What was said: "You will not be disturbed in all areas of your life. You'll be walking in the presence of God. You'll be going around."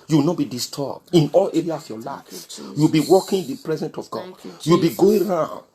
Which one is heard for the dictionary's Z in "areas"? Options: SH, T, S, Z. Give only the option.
S